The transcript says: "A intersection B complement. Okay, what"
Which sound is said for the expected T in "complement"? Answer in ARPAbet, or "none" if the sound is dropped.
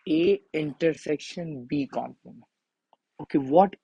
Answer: none